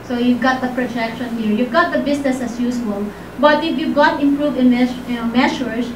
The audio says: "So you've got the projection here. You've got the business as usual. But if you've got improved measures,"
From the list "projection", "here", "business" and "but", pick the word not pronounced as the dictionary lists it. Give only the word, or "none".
business